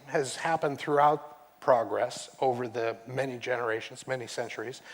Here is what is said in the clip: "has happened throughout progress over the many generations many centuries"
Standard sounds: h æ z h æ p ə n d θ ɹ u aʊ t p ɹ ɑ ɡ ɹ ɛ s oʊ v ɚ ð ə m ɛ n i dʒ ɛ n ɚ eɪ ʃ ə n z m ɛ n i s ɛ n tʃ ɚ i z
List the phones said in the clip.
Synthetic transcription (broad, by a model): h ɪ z h æ p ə n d θ ɹ u aʊ t p ɹ ɑ ɡ ɹ ɛ s oʊ v ɚ ð ə m ɛ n i dʒ ɛ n ɚ eɪ ʃ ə n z m ɛ n i s ɛ n tʃ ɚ i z